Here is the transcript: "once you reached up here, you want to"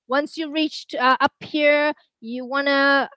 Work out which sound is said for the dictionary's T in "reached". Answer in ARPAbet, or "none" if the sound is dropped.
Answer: T